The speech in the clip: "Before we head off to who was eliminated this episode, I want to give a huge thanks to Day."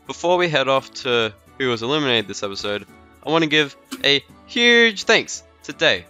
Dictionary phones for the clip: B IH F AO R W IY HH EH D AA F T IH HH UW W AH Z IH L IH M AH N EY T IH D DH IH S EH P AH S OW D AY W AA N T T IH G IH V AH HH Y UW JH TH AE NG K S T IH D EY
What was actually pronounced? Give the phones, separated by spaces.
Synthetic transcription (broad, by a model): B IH F AO R W IY HH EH D AA F T IH HH UW W AH Z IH L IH M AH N EY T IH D DH IH S EH P AH S OW D AY W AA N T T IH G IH V AH HH Y UW JH TH AE NG K S T IH D EY